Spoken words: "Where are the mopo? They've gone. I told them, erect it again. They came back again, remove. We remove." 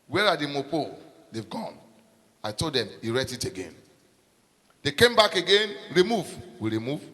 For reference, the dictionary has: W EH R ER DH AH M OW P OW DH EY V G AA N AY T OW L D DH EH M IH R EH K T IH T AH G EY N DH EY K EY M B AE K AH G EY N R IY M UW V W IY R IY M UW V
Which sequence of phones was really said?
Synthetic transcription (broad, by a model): W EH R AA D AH M OW P OW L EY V G AA N AY T OW L D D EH M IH R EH T IH T AH G EY N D EY K EY M B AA K AH G EY N R IY M UW V W IY R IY M UW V